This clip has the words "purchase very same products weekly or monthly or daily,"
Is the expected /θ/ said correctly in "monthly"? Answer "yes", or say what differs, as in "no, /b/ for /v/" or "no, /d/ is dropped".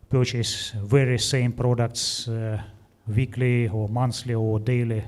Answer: no, /s/ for /θ/